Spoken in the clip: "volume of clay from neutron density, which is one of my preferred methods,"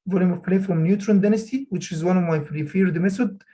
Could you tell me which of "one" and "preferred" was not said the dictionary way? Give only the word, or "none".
preferred